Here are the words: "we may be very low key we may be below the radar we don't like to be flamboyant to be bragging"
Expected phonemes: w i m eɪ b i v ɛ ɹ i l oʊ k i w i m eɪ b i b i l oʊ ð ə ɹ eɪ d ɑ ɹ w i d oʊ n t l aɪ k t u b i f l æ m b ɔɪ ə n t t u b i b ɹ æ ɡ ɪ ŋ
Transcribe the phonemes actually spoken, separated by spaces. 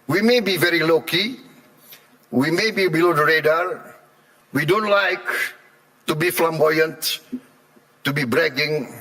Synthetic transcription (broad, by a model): w i m eɪ b i v ɛ ɹ i l oʊ k i w i m eɪ b i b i l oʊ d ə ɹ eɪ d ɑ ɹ w i d oʊ n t l aɪ k t u b i f l æ m b ɔɪ ə n t t u b i b ɹ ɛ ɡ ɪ ŋ